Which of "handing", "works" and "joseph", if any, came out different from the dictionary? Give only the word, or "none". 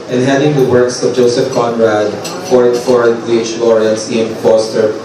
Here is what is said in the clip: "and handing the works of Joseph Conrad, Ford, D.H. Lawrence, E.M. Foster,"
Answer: handing